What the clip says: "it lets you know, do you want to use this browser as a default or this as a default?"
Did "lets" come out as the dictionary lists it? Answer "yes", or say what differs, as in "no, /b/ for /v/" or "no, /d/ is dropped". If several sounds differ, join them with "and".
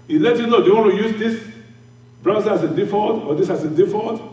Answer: no, /s/ is dropped